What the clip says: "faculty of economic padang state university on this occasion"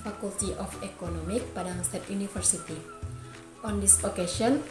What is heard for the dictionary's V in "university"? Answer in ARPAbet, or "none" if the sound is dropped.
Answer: F